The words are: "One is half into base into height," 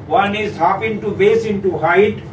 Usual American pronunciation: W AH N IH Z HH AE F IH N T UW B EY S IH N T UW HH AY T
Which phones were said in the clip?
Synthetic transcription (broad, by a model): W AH N IH Z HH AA P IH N T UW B EY S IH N T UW HH AY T